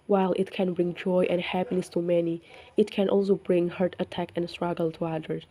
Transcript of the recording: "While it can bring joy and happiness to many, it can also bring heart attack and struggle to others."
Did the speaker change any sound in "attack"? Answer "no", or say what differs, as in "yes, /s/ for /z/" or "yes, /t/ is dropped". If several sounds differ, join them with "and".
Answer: no